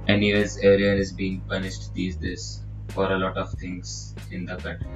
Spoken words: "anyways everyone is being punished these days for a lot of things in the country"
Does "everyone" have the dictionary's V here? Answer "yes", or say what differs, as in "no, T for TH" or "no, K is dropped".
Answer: no, V is dropped